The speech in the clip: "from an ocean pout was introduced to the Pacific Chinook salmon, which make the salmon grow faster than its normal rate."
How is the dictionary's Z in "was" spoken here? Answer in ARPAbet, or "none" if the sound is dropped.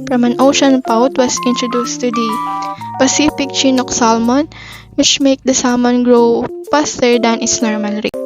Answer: S